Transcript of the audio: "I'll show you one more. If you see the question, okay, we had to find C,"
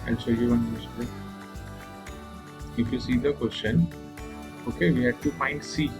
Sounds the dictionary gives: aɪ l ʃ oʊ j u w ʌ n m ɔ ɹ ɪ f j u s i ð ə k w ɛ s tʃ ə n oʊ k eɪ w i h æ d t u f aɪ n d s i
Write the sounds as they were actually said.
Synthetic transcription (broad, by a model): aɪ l s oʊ j u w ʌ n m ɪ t ɪ f j u s i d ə k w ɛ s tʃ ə n oʊ k eɪ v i h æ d t u f aɪ n d s i